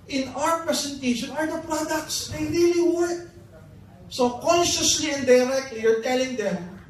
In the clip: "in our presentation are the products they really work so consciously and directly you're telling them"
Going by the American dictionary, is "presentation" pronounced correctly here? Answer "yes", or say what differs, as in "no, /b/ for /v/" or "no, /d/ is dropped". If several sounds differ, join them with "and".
no, /s/ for /z/